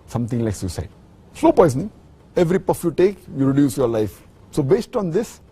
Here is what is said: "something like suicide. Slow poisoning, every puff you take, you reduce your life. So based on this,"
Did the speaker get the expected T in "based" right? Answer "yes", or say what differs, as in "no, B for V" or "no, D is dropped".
yes